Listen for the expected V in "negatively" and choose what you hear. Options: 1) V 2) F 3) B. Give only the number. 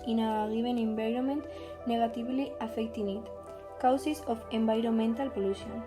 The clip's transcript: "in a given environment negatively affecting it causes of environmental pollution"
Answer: 3